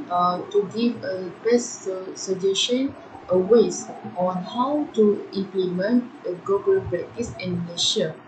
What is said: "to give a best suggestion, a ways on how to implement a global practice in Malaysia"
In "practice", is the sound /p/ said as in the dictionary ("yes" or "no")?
no